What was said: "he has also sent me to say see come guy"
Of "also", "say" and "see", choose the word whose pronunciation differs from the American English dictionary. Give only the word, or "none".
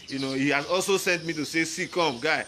none